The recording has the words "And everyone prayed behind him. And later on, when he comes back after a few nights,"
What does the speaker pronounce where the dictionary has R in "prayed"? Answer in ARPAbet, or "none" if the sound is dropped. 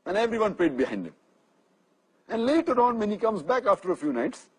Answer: L